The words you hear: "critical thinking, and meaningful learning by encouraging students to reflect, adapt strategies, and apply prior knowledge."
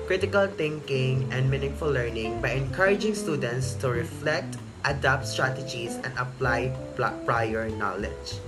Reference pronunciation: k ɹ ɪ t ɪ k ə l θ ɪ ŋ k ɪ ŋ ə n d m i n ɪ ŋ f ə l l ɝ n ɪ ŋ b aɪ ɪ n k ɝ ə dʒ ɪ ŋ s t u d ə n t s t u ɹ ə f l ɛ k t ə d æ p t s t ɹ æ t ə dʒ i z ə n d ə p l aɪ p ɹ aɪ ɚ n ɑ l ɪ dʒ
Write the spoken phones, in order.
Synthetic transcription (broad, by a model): k ɹ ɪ t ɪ k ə l t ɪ ŋ k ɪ ŋ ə n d m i n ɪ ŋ f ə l l ɝ n ɪ ŋ b aɪ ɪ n k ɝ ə dʒ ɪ ŋ s t u d ə n t s t u ɹ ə f l ɛ k t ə d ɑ p t s t ɹ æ t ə dʒ i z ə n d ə p l aɪ p ɹ aɪ ɚ n ɑ l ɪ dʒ